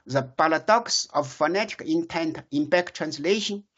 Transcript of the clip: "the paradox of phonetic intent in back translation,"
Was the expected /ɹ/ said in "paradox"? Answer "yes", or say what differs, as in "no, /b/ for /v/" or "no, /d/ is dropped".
no, /l/ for /ɹ/